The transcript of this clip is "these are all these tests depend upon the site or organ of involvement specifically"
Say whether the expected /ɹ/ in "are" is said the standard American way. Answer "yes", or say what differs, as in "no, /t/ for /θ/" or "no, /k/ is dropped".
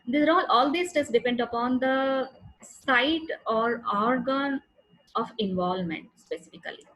no, /l/ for /ɹ/